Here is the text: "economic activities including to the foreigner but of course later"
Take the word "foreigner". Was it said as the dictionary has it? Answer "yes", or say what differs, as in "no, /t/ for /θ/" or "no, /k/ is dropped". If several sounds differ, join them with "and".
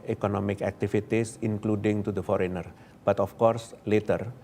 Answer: yes